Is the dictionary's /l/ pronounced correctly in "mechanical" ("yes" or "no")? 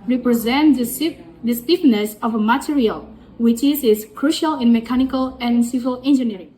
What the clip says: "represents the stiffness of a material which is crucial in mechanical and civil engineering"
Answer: yes